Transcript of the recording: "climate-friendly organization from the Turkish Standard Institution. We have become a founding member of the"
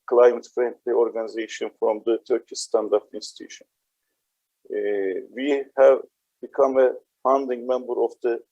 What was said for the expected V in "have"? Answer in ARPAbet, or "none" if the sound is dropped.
V